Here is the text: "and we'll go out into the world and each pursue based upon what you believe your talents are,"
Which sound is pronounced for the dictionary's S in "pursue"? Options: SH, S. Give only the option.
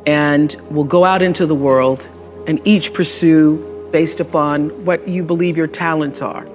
S